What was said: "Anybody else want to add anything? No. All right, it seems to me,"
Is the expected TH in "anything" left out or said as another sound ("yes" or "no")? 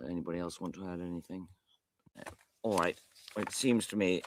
no